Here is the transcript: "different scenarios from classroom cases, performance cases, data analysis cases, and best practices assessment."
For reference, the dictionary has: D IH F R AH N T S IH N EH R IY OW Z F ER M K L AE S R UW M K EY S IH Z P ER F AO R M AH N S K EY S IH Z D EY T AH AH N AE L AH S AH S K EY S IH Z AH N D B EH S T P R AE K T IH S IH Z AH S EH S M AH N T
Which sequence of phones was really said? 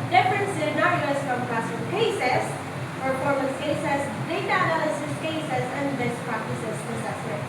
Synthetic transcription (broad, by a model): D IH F R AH N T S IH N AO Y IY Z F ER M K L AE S UW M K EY S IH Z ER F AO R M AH S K EY S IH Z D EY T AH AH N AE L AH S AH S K EY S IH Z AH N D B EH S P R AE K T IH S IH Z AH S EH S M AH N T